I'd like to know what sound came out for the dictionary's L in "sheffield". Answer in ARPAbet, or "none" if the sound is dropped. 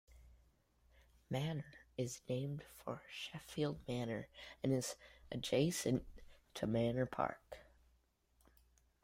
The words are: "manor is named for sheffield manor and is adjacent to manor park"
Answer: L